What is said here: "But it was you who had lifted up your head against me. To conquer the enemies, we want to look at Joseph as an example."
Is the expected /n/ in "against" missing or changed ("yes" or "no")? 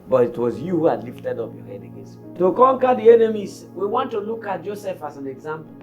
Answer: yes